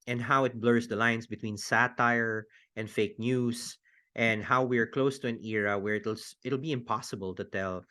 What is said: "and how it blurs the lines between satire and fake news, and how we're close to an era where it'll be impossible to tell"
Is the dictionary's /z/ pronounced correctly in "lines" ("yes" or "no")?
no